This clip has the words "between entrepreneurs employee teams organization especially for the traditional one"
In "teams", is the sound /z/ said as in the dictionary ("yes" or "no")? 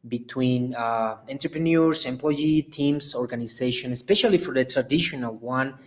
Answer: no